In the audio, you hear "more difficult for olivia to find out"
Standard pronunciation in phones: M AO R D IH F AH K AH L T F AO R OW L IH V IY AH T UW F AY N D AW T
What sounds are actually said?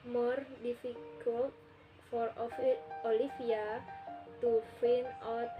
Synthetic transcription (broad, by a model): M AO R D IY F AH K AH L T F AO R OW L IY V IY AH T UW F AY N AW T